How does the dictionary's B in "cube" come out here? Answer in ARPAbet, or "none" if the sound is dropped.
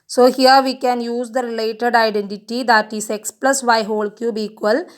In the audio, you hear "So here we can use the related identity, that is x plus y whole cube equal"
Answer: B